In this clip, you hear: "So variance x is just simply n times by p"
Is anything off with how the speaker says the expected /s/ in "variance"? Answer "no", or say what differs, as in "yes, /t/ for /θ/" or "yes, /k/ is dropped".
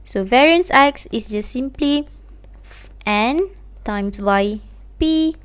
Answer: no